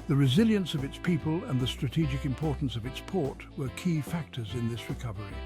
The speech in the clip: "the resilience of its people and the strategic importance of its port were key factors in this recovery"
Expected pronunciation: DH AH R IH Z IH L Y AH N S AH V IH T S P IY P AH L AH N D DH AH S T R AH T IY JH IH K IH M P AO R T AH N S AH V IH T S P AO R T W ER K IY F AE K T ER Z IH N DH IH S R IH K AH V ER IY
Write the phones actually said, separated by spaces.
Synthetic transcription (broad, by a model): DH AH R IH Z IH L Y AH N S AH V IH T S P IY P AH L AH N DH AH S T R AH T IY JH IH K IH M P AO R T N S AH V IH T S P AO R T W ER K IY F AE K T ER Z IH N DH IH S R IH K AH V ER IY